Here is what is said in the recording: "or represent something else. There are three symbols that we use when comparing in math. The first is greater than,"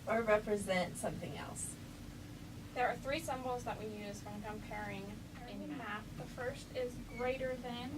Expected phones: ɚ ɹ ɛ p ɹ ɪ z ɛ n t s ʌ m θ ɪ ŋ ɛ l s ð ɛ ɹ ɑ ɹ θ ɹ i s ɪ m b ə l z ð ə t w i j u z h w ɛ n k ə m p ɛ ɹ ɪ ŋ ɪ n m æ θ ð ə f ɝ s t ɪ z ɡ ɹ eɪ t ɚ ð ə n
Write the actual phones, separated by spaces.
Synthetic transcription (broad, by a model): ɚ ɹ ɛ p ɹ ɪ z ɛ n t s ʌ m θ ɪ ŋ ɛ l s ð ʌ ɹ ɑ ɹ θ ɹ i s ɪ m b l z ð ə t w i j u z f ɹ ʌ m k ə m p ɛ ɹ ɪ ŋ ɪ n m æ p ð ə f ɝ s t ɪ z ɡ ɹ eɪ t ɚ ð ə n